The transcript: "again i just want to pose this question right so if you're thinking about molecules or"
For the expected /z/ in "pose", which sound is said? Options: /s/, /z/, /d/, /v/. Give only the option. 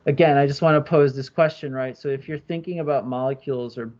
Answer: /z/